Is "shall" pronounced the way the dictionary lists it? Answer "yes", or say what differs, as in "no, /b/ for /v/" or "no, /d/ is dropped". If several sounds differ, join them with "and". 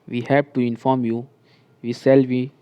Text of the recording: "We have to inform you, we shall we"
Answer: no, /s/ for /ʃ/